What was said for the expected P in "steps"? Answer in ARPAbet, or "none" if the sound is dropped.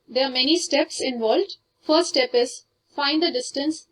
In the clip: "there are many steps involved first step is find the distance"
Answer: P